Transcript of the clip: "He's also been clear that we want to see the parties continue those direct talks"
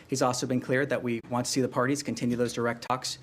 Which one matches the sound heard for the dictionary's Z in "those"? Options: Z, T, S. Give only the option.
Z